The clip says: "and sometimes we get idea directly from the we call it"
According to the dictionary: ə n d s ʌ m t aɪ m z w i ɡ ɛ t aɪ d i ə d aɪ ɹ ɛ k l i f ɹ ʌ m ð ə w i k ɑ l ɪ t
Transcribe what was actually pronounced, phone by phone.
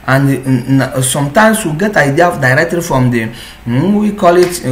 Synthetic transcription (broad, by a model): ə n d s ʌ m t aɪ m s w i ɡ ɛ t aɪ d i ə d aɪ ɹ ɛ k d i f ɹ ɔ m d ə w i k ɑ l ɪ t